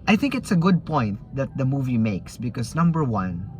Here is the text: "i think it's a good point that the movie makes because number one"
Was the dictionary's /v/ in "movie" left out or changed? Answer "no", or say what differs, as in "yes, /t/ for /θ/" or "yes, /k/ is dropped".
no